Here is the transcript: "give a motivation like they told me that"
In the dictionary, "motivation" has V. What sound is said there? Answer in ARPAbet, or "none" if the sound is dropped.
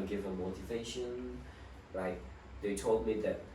V